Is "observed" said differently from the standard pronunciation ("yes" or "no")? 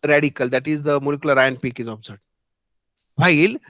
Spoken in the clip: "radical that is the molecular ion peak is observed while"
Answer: yes